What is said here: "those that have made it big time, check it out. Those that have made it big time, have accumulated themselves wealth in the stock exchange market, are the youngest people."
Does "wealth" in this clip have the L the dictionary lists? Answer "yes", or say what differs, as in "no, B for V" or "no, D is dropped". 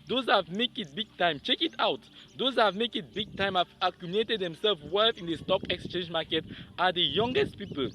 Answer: no, L is dropped